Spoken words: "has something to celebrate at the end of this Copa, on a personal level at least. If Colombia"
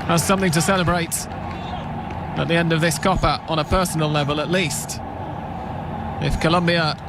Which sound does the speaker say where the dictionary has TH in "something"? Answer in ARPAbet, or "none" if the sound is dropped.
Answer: TH